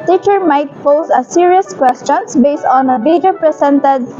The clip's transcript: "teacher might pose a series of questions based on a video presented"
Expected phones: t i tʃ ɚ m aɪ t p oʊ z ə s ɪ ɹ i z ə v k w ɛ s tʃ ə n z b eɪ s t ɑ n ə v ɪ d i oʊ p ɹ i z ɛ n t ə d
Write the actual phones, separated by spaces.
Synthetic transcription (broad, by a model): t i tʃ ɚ m aɪ t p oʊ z ə s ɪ ɹ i ə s k w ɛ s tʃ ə n s b eɪ s t ɑ n ə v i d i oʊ p ɹ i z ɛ n t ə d